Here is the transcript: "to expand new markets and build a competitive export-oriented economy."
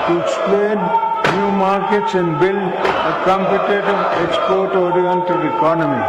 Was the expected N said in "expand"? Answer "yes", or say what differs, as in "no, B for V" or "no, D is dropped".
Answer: no, N is dropped